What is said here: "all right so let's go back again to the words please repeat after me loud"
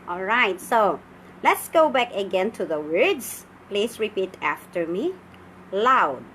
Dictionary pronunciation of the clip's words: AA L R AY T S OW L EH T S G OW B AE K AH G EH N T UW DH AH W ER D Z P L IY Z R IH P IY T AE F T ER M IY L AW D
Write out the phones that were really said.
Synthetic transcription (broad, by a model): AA L R AY T S OW L EH T S G OW B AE K AH G EH N T UW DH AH W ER D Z P L IY S R IH P IY T AE F T ER M IY L AW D